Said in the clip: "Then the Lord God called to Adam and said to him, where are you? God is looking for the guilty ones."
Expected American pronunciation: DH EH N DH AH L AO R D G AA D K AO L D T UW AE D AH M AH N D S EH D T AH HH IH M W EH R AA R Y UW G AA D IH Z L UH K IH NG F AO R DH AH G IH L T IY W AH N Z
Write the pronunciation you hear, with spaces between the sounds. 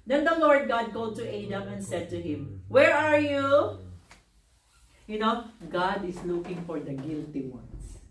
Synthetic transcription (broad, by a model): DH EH N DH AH L AO R D G AA D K AO D T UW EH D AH M AH N D S EH D T AH HH IH M W EH R AA R Y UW G AA D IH S L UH K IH NG F AO R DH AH G IH L T IY W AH N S